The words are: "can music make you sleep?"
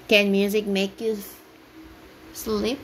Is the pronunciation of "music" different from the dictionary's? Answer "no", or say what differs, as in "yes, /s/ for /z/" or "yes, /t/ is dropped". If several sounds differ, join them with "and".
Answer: no